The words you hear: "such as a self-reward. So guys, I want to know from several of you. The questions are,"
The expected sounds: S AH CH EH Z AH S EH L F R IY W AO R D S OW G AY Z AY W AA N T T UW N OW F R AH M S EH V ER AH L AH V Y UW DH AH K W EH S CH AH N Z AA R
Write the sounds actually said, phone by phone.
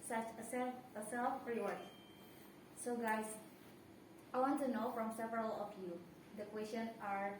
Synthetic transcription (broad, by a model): S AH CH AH S AH S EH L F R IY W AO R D S OW G AY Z AY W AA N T T UW N OW F R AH M S EH V ER AH L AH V Y UW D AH K W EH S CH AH N AA R